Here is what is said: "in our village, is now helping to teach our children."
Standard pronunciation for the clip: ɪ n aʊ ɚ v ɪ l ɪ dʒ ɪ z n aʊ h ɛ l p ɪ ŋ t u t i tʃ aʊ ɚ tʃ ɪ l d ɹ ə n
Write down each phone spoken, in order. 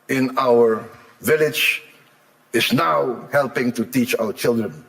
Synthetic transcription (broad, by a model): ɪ n aʊ ɚ v ɪ l ɪ dʒ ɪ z n aʊ h ɛ l p ɪ ŋ t u t i tʃ aʊ ɚ tʃ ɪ l d ɹ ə n